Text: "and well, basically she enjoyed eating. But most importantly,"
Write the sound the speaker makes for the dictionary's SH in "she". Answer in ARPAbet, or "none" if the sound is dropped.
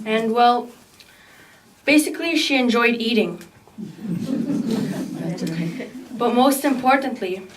SH